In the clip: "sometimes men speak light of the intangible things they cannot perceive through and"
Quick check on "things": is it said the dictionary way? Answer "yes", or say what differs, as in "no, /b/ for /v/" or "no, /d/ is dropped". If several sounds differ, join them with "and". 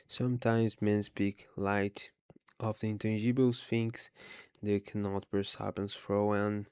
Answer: no, /f/ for /θ/ and /s/ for /z/